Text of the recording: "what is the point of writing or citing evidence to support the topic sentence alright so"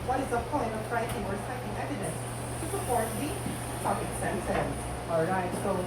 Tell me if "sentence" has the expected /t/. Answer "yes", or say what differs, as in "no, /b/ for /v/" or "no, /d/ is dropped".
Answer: no, /s/ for /t/